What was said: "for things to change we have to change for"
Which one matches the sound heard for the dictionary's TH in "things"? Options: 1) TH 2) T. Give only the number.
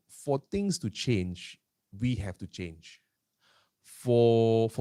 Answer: 2